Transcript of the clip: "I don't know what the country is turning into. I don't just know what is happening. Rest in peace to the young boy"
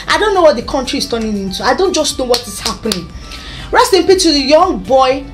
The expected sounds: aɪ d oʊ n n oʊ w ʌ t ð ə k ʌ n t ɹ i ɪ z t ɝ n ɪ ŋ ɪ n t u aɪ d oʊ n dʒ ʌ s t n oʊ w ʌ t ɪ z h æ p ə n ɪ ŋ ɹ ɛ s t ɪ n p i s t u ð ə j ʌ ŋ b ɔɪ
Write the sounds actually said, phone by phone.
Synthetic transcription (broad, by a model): aɪ d oʊ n n oʊ w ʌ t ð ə k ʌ n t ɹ i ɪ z t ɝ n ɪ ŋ ɪ n t u aɪ d oʊ n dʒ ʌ s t n oʊ w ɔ t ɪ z h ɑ p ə n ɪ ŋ ɹ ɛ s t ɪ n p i t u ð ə j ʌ ŋ b ɔɪ